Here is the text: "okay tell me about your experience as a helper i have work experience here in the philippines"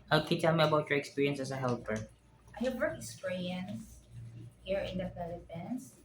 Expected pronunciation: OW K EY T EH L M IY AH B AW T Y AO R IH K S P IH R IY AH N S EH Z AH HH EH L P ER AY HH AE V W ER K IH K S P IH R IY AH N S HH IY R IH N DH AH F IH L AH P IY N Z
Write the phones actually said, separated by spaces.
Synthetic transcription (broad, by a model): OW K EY T EH L M IY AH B AW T Y AO R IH K S P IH R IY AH N S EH S AH HH EH L P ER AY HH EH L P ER IH K S P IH R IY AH N S HH IY R IH N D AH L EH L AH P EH N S